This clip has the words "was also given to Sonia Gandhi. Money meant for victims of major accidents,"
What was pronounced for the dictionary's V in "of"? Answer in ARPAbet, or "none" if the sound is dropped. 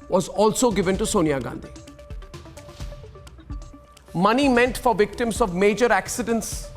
V